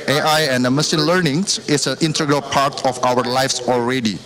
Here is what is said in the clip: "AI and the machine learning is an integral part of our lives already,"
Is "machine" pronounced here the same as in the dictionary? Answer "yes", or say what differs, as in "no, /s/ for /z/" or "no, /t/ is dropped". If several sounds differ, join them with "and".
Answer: no, /s/ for /ʃ/